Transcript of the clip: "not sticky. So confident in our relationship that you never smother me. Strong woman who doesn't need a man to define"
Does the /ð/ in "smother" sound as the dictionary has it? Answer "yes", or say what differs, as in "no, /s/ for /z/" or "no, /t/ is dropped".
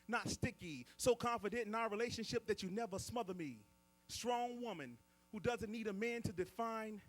yes